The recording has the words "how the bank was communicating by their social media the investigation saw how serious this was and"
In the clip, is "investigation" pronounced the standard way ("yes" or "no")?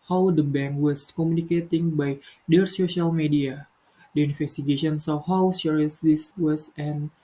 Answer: no